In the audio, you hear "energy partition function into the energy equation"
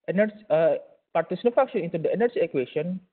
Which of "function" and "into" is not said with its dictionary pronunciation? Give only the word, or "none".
function